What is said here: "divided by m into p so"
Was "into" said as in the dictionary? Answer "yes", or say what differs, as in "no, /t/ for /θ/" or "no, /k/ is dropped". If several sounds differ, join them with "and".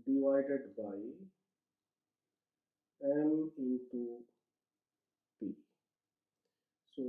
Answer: no, /n/ is dropped